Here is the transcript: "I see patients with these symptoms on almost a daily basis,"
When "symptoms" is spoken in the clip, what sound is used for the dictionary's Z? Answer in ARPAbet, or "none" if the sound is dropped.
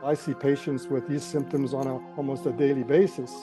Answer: Z